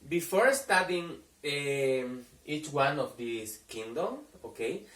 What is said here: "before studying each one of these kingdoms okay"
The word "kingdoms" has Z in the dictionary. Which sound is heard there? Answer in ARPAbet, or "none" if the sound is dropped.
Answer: none